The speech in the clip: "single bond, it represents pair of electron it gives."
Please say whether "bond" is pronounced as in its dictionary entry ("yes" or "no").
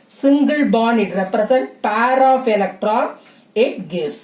no